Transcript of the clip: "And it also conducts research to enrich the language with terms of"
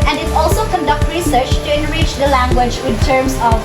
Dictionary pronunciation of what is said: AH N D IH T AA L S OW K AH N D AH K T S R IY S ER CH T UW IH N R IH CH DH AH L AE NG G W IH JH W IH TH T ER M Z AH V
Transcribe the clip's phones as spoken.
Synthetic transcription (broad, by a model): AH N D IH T AA L S OW K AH N D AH K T R IY S ER CH T UW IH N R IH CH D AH L AE NG G W IH JH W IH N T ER M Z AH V